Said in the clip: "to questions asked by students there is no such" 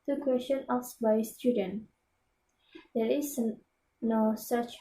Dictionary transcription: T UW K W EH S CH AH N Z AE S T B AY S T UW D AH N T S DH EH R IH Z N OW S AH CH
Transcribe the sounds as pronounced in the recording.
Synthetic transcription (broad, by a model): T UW K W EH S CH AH N AA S B AY S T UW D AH N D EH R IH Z N OW S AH CH